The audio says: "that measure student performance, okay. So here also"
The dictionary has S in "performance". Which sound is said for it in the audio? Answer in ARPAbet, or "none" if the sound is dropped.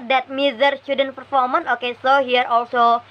none